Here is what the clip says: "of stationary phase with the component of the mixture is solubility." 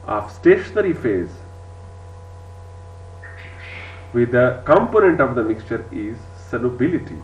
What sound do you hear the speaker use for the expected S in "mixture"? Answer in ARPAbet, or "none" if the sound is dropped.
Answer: S